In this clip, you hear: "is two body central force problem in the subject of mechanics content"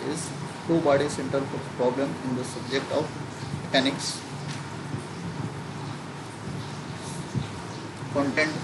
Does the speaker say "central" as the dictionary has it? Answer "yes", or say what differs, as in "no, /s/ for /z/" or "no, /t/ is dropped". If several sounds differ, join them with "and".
no, /ɹ/ is dropped